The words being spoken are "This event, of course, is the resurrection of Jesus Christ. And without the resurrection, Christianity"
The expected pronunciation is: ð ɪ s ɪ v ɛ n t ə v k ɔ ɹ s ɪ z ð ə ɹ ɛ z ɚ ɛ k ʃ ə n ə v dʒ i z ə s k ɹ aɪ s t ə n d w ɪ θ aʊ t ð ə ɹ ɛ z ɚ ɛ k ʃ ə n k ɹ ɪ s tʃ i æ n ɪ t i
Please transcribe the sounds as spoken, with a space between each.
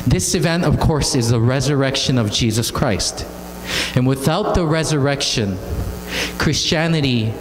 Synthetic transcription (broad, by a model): ð ɪ s ɪ v ɛ n t ə v k ɔ ɹ s ɪ z ð ə ɹ ɛ z ɚ ɛ k ʃ ə n ə v dʒ i z ə s k ɹ aɪ s t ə n w ɪ θ aʊ t ð ə ɹ ɛ z ɚ ɛ k ʃ ə n k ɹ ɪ s tʃ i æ n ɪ t i